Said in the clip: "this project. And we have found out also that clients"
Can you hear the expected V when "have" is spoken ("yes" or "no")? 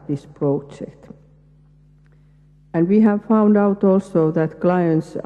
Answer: yes